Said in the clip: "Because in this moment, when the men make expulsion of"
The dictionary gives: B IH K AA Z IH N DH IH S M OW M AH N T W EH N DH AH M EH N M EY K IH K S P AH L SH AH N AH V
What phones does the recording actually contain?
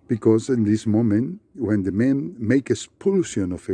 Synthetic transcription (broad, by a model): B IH K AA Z IH N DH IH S M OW M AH N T W EH N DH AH M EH N M EY K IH S P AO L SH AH N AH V